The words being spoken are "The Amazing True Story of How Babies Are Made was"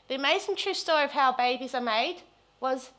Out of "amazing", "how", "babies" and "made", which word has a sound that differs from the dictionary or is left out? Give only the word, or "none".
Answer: none